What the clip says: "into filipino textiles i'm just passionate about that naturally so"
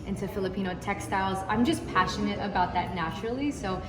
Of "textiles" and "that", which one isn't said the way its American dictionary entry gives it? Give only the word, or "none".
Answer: none